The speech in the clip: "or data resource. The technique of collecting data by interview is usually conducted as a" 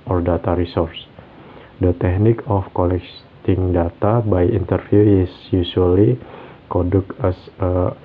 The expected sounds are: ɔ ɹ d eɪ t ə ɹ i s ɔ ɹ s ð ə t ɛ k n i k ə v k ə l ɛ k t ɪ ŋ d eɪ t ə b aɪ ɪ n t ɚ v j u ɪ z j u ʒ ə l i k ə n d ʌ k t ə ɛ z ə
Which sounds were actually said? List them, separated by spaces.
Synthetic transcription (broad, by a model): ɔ ɹ d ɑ t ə ɹ i s ɔ ɹ s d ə t ɛ k n i k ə f k ə l ɛ k t ɪ ŋ d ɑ t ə b aɪ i n t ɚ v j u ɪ s j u s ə l i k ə d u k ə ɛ s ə